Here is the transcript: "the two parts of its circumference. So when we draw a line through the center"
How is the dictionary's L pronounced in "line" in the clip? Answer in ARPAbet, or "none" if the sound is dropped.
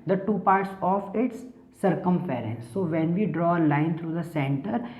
L